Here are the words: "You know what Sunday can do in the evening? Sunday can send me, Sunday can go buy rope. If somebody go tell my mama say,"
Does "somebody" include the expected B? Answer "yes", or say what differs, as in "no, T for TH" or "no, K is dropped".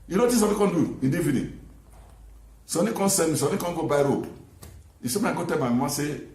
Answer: no, B is dropped